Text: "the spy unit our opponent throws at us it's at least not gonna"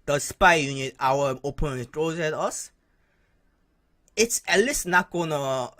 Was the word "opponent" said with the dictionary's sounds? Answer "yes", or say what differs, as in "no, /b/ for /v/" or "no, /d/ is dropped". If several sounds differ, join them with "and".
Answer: no, /p/ is dropped